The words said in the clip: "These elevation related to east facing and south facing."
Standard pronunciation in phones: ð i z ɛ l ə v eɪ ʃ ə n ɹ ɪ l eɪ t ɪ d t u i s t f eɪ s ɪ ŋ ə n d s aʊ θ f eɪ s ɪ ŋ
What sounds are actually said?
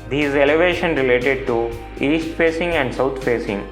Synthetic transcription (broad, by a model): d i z ɛ l ə v eɪ ʃ ə n ɹ ɪ l eɪ t ɪ d t u i s t f eɪ s ɪ ŋ ə n d s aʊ t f eɪ s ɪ ŋ